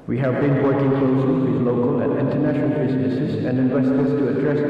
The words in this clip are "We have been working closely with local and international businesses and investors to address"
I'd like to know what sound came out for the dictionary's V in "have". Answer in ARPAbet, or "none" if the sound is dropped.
V